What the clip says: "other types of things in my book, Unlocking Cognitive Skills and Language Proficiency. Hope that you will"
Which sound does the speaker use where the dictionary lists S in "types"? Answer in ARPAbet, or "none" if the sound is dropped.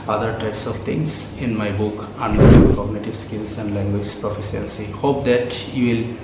S